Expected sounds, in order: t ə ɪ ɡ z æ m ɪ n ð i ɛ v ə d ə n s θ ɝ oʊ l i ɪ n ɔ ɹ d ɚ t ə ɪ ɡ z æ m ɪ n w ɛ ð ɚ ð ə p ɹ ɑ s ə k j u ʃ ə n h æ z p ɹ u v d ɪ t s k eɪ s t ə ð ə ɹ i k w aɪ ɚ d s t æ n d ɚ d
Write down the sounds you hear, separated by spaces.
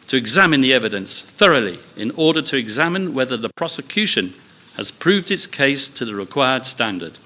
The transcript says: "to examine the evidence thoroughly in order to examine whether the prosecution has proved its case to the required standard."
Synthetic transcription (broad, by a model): t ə ɪ ɡ z æ m ɪ n ð i ɛ v ə d ə n s θ ɝ oʊ l i ɪ n ɔ ɹ d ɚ t ə ɪ ɡ z æ m ɪ n w ɛ ð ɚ ð ə p ɹ ɑ s ə k j u ʃ ə n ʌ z p ɹ u v d ɪ t s k eɪ s t ə ð ə ɹ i k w aɪ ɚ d s t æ n d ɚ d